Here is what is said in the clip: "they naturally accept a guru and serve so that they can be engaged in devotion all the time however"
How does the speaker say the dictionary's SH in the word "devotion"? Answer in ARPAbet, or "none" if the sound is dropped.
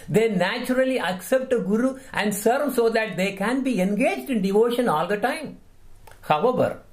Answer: SH